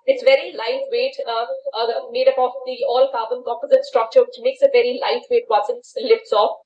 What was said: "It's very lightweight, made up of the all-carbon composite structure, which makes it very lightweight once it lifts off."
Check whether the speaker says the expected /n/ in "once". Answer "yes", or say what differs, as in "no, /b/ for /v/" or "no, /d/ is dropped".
no, /n/ is dropped